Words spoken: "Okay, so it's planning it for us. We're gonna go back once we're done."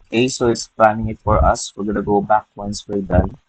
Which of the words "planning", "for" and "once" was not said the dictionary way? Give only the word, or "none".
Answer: none